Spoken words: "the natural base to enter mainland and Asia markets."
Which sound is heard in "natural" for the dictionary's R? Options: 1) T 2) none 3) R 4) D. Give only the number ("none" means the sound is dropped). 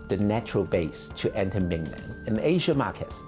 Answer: 3